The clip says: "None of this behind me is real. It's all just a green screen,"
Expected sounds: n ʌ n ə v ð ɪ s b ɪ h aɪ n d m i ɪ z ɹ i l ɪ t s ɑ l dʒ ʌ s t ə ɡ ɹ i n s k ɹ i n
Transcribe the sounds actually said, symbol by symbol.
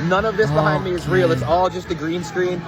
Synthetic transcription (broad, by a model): n ʌ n ə v ð ɪ s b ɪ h aɪ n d m i ɪ z ɹ i l ɪ t s ɑ l dʒ ʌ s t ə ɡ ɹ i n s k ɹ i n